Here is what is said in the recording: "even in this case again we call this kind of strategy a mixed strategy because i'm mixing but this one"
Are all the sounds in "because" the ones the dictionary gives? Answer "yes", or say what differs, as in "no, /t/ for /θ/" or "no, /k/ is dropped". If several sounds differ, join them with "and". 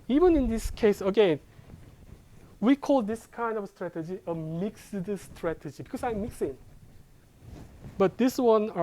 no, /s/ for /z/